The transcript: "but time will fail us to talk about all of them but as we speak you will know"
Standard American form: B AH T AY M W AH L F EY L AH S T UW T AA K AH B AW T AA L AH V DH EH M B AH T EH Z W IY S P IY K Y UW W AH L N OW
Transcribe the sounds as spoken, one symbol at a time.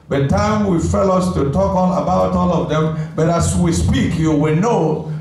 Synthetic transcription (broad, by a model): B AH T AY M W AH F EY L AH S T UW T AA K AH B AW T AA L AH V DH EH M B AH T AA S W IY S P IY K Y UW W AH N OW